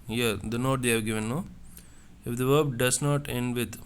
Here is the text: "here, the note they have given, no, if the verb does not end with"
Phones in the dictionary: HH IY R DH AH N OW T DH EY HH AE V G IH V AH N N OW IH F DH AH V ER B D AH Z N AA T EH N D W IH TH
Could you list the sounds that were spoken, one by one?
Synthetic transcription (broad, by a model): HH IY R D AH N OW T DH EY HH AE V G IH V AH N N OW IH F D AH V ER B D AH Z N AA T EH N D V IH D